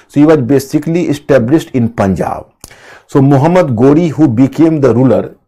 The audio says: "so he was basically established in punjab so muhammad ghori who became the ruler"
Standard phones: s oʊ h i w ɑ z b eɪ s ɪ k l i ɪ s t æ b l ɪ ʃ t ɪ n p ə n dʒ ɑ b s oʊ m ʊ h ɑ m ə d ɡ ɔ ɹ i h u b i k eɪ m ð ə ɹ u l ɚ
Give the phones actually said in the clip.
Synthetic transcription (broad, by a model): s oʊ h i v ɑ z b eɪ s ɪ k l i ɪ s t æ b l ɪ s t ɪ n p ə n dʒ ɑ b s oʊ m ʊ h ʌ m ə d ɡ ɔ ɹ i h u b i k eɪ m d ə ɹ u l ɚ